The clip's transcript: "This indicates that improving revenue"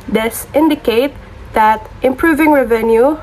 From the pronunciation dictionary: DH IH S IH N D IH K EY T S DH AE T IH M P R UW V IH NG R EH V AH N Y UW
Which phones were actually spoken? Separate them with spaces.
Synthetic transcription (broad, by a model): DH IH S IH N D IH K EY T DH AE T IH M P R UW V IH NG R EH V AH N Y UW